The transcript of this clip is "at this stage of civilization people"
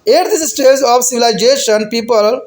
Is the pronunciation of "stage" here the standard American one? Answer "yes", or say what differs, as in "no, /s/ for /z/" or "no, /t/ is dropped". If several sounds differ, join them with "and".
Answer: no, /z/ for /dʒ/